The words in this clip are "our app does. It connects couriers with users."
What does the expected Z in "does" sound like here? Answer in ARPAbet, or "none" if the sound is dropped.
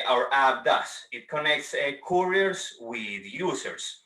S